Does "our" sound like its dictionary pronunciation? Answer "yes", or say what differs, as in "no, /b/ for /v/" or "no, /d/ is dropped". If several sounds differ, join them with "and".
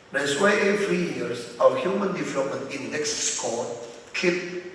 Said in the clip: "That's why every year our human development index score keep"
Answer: no, /w/ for /ɹ/